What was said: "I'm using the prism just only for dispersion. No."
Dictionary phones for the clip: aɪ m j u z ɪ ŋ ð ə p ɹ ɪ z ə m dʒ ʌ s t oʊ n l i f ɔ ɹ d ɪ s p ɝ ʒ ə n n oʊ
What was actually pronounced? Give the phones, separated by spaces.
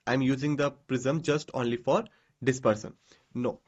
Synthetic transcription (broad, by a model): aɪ m j u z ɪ ŋ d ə p ɹ ɪ z ə m dʒ ʌ s t oʊ n l i f ɔ ɹ d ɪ s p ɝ s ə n n oʊ